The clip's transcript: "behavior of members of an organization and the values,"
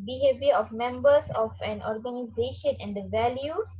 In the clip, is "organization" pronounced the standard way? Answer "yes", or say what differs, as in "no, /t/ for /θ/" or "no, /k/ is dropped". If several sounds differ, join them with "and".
yes